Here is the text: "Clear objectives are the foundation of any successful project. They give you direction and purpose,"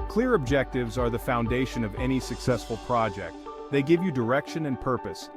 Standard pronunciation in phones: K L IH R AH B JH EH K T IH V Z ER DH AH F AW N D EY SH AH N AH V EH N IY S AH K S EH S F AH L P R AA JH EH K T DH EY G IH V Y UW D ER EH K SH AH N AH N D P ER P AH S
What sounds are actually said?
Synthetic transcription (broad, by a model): K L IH R AH B JH EH K T IH V Z ER DH AH F AW N D EY SH AH N AH V EH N IY S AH K S EH S F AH L P R AA JH EH K T DH EY G IH V Y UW D ER EH K SH AH N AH N P ER P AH S